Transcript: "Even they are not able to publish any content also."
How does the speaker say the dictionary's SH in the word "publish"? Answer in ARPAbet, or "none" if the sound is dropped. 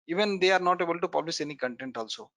S